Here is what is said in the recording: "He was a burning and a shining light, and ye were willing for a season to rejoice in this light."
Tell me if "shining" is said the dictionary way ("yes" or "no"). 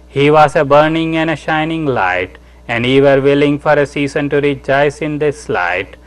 yes